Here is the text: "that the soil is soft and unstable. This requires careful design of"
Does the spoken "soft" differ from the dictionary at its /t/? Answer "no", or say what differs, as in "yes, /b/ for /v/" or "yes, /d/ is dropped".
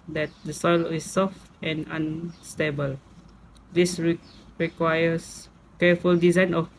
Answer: no